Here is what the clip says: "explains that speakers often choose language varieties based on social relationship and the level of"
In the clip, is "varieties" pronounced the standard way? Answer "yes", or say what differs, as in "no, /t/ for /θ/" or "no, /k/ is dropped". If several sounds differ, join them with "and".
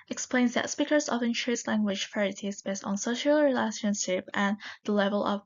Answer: no, /f/ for /v/